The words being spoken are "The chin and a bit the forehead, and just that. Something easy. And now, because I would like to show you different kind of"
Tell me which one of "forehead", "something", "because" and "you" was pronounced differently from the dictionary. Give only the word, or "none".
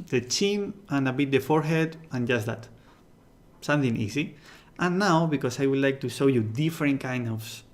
because